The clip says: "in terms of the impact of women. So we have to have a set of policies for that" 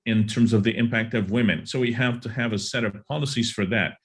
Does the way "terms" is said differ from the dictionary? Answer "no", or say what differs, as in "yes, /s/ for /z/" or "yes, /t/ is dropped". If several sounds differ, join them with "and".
no